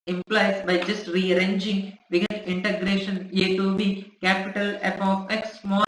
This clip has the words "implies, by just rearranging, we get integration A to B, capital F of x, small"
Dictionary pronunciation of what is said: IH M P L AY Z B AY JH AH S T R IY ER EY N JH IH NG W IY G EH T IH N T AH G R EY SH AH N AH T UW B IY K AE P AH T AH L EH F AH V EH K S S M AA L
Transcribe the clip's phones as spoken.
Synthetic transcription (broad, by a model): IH M P L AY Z B AY JH AH S T R IY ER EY N JH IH NG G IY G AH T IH N T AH G R EY SH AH N AH T UW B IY K AE P AH T AH L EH P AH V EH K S S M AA